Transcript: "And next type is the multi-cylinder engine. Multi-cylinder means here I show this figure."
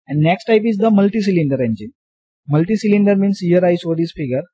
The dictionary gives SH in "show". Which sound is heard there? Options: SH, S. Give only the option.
S